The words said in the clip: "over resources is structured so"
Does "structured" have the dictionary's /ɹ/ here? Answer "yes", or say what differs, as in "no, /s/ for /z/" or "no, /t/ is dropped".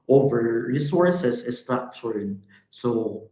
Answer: no, /ɹ/ is dropped